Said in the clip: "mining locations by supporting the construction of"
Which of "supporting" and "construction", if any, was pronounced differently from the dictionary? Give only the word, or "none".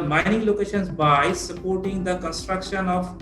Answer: none